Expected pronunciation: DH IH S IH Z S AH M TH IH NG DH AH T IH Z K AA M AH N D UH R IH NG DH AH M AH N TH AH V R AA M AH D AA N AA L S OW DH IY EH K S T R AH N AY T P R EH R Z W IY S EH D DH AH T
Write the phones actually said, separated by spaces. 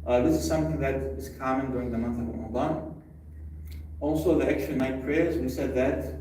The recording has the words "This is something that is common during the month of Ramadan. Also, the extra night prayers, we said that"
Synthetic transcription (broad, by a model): DH IH S IH Z S AH M TH IH NG DH AH T IH Z K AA M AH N D UH R IH NG DH AH M AH N TH AH V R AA M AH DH AA N AA L S OW DH IY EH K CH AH N AY T P R EH R Z W IY S EH D DH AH T